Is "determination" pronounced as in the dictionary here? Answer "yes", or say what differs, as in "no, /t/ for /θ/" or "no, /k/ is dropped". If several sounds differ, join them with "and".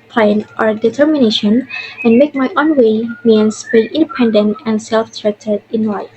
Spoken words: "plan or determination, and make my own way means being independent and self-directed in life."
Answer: yes